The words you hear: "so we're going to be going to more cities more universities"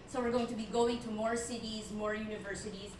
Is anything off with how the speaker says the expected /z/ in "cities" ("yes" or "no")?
no